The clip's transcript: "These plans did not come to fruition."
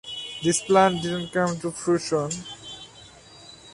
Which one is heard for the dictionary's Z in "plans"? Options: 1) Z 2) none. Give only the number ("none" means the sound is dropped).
2